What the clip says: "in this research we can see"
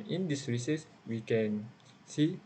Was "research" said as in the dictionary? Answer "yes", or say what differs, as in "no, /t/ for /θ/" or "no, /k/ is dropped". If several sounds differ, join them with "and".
no, /s/ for /tʃ/